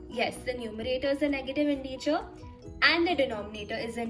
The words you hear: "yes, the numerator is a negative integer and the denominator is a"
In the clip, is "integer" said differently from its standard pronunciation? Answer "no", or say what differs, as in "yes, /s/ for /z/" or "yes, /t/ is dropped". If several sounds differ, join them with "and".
yes, /tʃ/ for /dʒ/